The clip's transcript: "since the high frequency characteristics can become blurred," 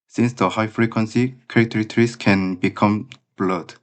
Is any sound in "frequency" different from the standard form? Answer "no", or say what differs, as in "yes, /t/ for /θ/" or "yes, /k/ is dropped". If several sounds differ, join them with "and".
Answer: no